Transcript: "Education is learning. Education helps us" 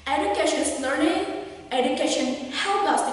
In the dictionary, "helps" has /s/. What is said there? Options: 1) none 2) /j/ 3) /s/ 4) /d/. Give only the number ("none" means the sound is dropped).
1